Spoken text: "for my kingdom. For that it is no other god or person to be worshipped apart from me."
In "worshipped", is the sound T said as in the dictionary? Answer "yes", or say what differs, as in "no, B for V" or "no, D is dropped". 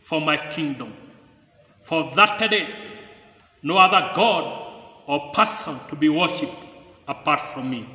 yes